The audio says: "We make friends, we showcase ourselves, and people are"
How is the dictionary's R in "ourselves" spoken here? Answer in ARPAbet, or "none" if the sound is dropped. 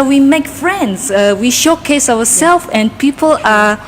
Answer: W